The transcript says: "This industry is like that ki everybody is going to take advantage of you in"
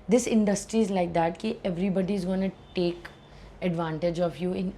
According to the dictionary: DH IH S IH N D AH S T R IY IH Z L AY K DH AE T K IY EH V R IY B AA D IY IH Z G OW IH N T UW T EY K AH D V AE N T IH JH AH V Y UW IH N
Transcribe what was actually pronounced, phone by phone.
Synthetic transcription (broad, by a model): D IH S IH N D AH S T R IY IH Z L AY K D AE T K IY EH V R IY B AA D IY IH Z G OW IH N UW T EY K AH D V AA N T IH JH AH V Y UW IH N